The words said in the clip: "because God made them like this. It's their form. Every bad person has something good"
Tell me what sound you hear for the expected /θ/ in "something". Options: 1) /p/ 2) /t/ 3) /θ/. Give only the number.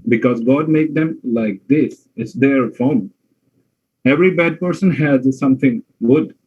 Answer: 2